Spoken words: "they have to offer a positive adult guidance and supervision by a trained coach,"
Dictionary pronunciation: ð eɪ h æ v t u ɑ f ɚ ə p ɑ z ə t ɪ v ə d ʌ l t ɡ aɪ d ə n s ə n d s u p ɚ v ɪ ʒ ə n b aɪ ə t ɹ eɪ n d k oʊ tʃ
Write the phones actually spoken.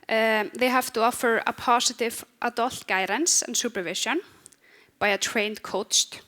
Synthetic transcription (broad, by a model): ð eɪ h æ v t u ɑ f ɚ ə p ɑ s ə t ɪ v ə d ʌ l t ɡ aɪ d ə n s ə n s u p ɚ v ɪ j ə n b aɪ ə t ɹ eɪ n d k oʊ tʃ